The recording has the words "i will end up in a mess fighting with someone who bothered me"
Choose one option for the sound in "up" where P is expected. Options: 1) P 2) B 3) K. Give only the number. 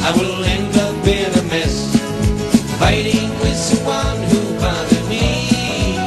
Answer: 2